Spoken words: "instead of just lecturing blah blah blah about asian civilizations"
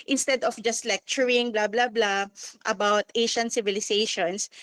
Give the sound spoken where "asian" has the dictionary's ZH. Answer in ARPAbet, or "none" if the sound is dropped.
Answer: SH